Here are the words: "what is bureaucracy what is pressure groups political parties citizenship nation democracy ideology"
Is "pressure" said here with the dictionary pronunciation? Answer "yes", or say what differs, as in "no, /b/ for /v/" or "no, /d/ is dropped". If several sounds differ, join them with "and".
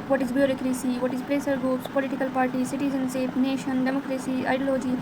no, /s/ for /ʃ/